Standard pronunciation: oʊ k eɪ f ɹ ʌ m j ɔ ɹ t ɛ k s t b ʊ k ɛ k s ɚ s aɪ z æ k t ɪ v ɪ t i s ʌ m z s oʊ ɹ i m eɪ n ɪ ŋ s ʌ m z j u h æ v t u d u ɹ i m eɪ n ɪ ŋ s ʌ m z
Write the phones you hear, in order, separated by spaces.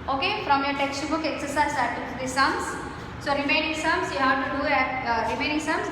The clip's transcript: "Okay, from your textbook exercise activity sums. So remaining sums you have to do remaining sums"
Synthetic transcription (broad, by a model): oʊ k eɪ f ɹ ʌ m j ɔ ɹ t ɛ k s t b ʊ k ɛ k s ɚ s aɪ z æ t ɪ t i s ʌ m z s oʊ ɹ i m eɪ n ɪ ŋ s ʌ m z j u h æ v t u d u ɹ i m eɪ n ɪ ŋ s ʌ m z